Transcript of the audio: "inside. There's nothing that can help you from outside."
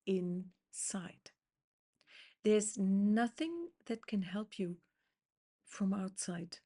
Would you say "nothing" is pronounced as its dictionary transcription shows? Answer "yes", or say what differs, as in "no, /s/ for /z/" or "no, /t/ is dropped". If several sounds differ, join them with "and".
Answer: yes